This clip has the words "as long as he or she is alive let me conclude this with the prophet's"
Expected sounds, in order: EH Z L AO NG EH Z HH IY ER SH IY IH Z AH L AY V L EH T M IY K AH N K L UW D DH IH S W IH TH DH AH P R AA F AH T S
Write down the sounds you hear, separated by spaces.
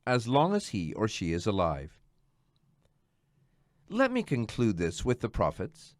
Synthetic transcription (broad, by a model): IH Z L AO NG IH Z HH IY ER SH IY IH Z AH L AY V L EH T M IY K AH N K L UW D DH IH S W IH DH AH P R AA F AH T S